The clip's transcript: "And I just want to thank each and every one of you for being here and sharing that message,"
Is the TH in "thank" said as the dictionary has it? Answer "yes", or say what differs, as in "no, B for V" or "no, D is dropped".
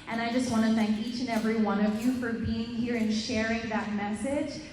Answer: yes